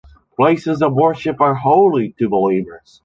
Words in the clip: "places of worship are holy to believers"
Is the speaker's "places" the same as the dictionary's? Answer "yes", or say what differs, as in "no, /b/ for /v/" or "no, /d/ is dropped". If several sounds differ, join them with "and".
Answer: yes